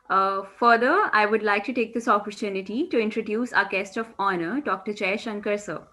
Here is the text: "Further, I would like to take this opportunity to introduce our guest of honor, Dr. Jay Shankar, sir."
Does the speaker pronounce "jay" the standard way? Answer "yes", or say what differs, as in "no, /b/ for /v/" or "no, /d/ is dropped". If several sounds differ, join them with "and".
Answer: no, /tʃ/ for /dʒ/